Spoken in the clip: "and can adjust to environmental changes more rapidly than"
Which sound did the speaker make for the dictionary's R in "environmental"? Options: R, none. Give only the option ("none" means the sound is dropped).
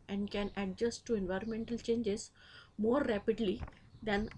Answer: R